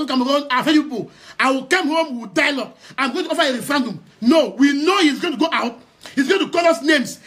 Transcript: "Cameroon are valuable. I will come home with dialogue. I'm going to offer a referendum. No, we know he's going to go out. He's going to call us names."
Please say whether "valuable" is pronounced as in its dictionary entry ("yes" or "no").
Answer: no